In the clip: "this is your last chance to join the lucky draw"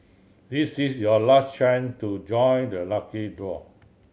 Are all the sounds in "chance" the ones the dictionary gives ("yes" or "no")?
no